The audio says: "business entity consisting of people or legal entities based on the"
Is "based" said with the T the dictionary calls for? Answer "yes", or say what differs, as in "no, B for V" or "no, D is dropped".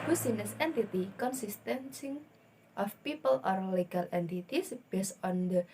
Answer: no, T is dropped